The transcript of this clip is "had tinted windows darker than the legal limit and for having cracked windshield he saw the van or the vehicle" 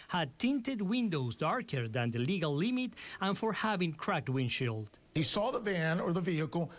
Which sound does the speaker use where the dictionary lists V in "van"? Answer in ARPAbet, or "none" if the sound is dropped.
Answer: V